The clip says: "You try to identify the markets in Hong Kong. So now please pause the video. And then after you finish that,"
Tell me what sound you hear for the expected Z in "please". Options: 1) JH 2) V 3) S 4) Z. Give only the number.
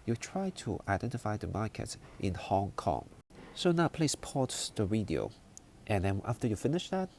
3